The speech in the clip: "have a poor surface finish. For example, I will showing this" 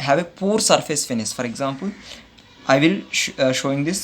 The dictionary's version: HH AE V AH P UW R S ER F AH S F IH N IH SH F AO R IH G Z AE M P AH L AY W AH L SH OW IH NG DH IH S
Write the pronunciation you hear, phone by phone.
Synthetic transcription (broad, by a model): HH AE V AH P UW R S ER F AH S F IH N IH S F AO R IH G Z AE M P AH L AY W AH L SH OW IH NG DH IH S